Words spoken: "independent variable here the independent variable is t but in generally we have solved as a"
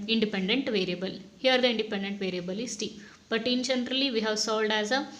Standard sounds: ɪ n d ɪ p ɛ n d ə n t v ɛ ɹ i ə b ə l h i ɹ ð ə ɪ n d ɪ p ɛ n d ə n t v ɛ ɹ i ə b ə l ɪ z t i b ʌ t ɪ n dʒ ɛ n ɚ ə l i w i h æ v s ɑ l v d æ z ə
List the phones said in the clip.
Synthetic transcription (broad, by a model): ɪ n d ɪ p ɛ n d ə n t v ɛ ɹ i ə b ə l h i ɹ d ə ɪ n d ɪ p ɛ n d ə n t v ɛ ɹ i ə b ə l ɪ s t i b ʌ t ɪ n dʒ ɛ n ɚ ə l i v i h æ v s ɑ l d æ z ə